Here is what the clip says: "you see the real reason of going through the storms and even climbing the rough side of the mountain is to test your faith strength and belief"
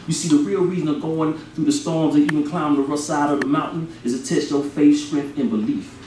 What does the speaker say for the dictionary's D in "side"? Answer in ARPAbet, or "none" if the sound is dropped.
D